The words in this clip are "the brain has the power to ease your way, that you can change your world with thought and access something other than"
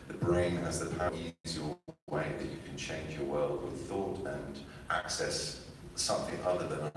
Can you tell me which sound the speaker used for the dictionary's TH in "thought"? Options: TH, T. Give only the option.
TH